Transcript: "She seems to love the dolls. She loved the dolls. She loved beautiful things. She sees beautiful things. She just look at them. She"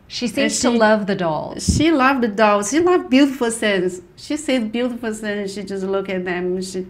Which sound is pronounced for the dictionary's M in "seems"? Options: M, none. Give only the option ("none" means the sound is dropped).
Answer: none